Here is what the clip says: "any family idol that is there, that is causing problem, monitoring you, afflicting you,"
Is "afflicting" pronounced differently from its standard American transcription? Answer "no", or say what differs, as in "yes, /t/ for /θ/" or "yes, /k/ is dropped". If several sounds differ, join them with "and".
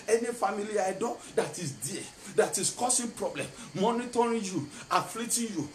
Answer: yes, /k/ is dropped